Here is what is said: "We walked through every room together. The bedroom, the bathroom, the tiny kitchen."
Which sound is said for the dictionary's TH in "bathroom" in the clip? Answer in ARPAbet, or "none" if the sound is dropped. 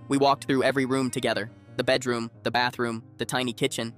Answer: TH